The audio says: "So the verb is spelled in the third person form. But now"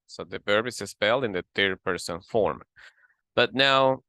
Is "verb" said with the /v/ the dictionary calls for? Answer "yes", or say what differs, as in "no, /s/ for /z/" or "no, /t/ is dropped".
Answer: no, /p/ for /v/